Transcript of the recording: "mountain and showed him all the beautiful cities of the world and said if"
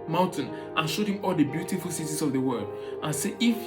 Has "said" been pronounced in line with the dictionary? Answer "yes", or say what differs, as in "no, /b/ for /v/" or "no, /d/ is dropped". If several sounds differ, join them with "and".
no, /d/ is dropped